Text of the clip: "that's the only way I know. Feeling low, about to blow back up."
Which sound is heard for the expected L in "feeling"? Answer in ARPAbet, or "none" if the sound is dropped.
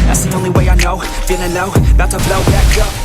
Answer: N